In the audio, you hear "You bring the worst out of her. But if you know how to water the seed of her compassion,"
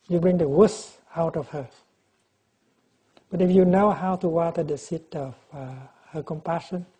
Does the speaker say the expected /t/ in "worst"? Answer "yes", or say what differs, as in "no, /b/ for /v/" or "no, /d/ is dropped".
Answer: no, /t/ is dropped